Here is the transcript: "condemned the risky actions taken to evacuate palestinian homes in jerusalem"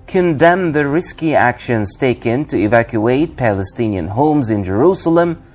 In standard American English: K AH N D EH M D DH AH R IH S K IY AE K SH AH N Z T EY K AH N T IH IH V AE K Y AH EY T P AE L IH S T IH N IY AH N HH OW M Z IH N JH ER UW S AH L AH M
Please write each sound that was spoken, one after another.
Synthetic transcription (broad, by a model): K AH N D EH M DH AH R IH S K IY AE K SH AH N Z T EY K AH N T IH IH V AE K Y AH EY T P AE L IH S T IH N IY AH N HH OW M Z IH N JH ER UW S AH L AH M